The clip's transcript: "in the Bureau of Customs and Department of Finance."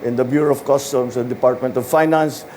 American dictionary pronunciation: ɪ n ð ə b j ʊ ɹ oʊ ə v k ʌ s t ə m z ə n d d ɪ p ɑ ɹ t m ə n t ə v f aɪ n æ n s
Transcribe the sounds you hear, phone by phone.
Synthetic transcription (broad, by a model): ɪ n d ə b j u ɹ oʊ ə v k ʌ s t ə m s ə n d d ɪ p ɑ ɹ t m ə n t ə v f aɪ n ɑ n s